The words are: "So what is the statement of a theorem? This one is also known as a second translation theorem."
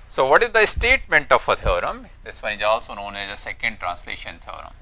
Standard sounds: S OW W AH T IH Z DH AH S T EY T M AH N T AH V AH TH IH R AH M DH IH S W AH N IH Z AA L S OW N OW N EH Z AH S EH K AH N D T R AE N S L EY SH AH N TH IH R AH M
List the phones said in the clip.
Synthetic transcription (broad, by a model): S OW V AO T IH Z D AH S T EY T M AH N T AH F AH T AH R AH M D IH S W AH IH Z AA L S OW N OW N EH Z AH S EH K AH N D T R AE N S L EY SH AH N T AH R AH M